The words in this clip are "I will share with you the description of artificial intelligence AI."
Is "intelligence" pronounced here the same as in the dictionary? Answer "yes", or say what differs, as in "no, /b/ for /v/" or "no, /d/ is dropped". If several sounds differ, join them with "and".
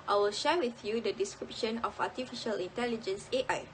yes